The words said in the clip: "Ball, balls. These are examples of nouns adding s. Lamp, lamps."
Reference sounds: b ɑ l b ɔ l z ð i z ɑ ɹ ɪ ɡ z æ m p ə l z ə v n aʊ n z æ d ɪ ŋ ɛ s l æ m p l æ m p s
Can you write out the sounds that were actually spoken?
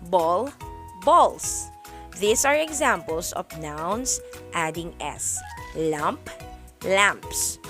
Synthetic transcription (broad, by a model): b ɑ l b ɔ l s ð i s ɑ ɹ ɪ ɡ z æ m p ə l s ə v n aʊ n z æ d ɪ ŋ ɛ s l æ m p l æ m p s